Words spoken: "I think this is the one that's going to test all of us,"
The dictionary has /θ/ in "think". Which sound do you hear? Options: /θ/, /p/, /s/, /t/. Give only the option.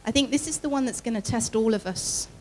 /θ/